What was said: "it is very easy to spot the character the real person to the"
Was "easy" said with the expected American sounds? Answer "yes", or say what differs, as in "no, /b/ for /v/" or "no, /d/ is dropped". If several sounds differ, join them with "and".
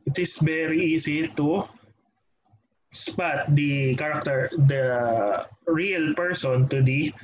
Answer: no, /s/ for /z/